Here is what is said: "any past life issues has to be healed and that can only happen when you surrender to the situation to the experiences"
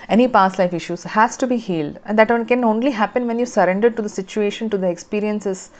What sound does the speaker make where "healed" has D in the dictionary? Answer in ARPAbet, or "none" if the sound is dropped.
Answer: D